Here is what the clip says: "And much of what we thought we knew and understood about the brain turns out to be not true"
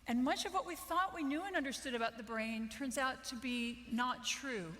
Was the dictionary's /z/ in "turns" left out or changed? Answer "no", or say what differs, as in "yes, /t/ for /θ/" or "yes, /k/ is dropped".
no